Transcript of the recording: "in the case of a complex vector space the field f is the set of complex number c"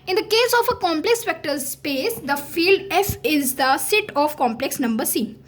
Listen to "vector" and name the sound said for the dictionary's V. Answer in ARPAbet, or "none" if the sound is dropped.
P